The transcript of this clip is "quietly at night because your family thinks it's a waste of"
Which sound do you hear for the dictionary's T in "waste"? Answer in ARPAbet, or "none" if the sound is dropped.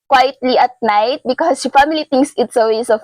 none